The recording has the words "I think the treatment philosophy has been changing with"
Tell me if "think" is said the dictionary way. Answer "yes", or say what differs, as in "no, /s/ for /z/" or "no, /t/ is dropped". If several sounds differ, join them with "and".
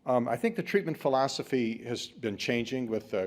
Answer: yes